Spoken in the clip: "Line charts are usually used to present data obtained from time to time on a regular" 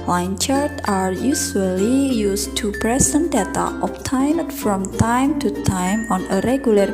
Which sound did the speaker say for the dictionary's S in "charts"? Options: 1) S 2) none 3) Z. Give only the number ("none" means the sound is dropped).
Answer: 2